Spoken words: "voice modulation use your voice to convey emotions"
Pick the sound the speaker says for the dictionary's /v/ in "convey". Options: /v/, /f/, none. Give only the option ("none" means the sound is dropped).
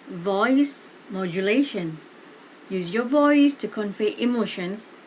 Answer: /f/